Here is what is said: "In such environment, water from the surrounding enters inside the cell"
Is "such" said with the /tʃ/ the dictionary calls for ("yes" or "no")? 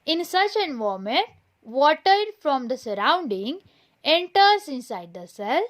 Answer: yes